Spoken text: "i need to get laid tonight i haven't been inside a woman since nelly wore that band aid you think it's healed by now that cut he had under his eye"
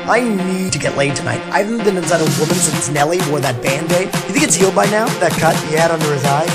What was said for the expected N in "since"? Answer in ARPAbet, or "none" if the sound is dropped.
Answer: none